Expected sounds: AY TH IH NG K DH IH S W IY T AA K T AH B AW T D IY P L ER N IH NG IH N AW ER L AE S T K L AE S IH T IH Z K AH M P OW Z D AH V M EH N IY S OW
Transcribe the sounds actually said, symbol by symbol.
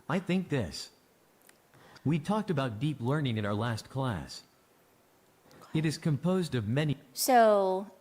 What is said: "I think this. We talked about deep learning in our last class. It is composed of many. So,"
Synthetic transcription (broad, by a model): AY TH IH NG K DH IH S W IY T AA K T AH B AW T D IY P L ER N IH NG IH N AW ER L AE S T K L AE S IH T IH Z K AH M P OW Z D AH V M EH N IY S OW